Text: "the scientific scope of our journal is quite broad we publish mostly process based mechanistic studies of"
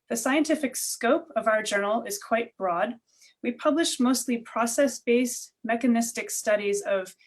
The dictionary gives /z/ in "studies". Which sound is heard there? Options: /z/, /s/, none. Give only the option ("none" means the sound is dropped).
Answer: /z/